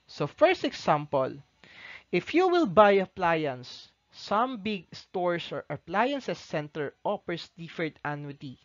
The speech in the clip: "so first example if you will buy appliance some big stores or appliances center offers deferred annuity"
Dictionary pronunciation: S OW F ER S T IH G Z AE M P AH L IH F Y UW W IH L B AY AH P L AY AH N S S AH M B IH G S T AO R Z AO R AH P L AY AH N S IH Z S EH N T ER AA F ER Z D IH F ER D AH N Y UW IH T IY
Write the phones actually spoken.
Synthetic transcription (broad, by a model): S OW F ER S T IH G S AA M P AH L IH F Y UW W IH L B AY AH P L AY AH N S S AH M B IH G S T AO R S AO R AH P L AY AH N S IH S EH N T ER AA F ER S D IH F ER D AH N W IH T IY